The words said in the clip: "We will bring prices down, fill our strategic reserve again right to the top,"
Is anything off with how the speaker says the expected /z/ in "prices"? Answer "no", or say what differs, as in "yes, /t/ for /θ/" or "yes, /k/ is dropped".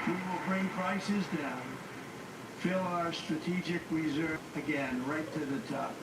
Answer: no